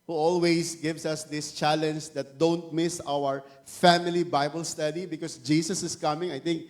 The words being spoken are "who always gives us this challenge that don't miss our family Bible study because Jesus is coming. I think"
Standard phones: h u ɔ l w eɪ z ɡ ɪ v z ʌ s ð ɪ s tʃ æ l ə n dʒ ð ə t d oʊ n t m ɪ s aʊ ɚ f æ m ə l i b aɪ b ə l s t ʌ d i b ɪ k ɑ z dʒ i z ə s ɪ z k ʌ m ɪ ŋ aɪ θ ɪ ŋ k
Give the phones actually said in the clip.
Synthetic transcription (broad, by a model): h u ɔ l w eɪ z ɡ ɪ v s ʌ s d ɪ s tʃ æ l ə n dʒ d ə t d oʊ n t m ɪ s aʊ ɚ f æ m ə l i b aɪ b ə l s t ʌ d i b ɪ k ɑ s dʒ i s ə s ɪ s k ʌ m ɪ ŋ aɪ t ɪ ŋ k